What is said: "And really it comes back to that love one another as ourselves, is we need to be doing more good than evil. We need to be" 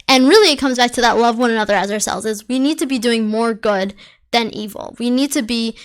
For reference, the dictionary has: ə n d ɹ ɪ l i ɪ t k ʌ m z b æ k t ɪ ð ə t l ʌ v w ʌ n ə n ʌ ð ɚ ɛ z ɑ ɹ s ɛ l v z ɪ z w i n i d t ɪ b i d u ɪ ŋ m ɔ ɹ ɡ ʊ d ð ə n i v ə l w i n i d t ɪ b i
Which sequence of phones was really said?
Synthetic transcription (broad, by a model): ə n ɹ ɪ l i ɪ t k ʌ m z b æ k t ɪ ð ə t l ʌ v w ʌ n ə n ʌ ð ɚ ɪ z ɑ ɹ s ɛ l v z ɪ z w i n i d t ɪ b i d u ɪ ŋ m ɔ ɹ ɡ ʊ d ð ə n i v l w i n i d t ɪ b i